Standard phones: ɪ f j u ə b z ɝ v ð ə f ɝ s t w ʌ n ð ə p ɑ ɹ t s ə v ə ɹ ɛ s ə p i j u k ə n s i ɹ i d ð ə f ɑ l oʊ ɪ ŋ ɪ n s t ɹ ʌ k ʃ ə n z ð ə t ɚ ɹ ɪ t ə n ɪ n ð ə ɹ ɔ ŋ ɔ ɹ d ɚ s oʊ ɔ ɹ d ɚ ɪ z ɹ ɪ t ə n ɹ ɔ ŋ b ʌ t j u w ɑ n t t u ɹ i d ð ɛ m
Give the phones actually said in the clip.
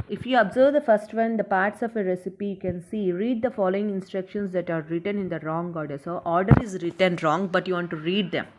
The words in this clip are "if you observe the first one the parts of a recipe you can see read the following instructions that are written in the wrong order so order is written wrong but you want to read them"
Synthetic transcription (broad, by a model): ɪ f j u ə b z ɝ v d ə f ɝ s t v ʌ n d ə p ɑ ɹ t s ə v ə ɹ ɛ s ə p i j u k ə n s i ɹ i d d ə f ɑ l oʊ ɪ ŋ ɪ n s t ɹ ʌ k ʃ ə n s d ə t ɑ ɹ ɪ t ə n ɪ n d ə ɹ ɔ ŋ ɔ ɹ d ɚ s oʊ ɔ ɹ d ɚ ɪ z ɹ ɪ t ə n ɹ ɔ ŋ b ʌ t j u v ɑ n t t u ɹ i d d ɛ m